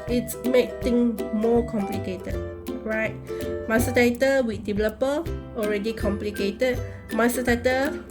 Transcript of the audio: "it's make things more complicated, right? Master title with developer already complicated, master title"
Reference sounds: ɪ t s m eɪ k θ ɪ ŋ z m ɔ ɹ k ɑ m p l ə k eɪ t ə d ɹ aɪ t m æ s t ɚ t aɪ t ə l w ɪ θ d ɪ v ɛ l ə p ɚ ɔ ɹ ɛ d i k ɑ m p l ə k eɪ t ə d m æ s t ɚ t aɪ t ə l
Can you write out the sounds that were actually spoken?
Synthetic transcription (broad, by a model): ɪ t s m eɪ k t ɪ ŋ m ɔ k ɑ m p l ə k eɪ t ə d ɹ aɪ t m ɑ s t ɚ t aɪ t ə w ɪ d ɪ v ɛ l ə p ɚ ɔ ɹ ɛ d i k ɑ m p l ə k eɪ t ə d m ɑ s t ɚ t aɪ t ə